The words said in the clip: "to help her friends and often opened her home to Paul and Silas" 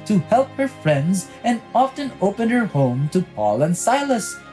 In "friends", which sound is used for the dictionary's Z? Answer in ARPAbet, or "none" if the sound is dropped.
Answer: Z